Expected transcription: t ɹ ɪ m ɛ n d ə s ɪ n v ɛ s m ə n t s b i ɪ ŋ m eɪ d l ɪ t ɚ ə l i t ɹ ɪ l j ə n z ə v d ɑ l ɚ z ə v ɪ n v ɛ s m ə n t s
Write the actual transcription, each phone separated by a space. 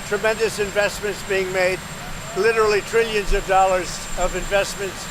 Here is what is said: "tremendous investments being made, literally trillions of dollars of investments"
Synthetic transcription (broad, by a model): t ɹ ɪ m ɛ n d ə s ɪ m v ɛ s m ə n t s b i ɪ ŋ m eɪ d l ɪ t ɚ l i t ɹ ɪ l j ə n z ə v d ɑ l ɚ z ə v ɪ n v ɛ s m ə n t s